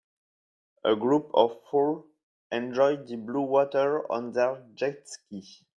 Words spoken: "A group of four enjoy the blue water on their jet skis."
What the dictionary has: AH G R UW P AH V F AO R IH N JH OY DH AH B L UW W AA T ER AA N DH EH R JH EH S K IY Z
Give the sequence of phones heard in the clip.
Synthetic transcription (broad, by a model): AH G R UW P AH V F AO L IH N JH OY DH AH B L UW W AA T ER AA N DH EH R JH EH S K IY